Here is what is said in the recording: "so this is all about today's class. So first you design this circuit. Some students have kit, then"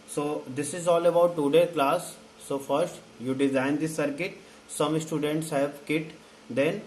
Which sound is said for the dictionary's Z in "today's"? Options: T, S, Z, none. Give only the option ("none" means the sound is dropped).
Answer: none